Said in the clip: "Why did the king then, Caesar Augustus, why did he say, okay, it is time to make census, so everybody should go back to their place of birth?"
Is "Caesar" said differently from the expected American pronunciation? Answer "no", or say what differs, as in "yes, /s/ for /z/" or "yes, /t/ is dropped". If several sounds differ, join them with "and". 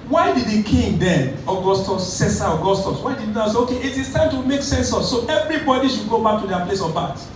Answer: yes, /s/ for /z/